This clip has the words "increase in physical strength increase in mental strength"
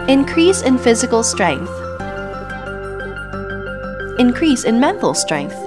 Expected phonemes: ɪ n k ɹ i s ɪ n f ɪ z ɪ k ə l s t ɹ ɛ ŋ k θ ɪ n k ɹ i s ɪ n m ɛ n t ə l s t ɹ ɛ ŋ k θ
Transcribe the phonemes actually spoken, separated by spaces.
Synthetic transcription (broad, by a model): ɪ n k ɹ i s ɪ n f ɪ z ɪ k ə l s t ɹ ɛ ŋ k θ ɪ n k ɹ i s ɪ n m ɛ n t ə l s t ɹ ɛ ŋ k θ